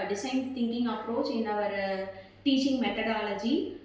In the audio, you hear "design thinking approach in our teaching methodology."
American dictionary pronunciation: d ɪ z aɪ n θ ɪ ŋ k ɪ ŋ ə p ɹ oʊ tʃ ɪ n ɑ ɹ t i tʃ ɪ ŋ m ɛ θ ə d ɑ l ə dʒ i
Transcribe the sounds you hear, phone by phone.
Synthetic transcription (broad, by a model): d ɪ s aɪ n t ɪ ŋ k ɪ ŋ ə p ɹ oʊ tʃ ɪ n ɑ ɹ t i tʃ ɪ ŋ m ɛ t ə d ɑ l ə dʒ i